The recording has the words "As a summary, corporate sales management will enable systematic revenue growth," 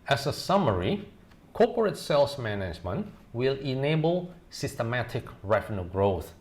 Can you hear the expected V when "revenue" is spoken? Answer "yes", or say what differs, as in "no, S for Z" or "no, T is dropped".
no, F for V